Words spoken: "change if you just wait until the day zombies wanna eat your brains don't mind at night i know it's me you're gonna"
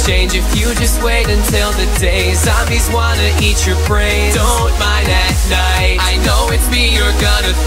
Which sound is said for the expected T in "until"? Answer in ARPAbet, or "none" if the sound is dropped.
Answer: T